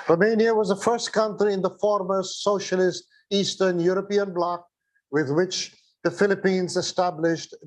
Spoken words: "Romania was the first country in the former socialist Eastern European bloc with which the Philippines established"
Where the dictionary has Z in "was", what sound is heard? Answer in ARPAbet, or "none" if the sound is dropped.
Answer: Z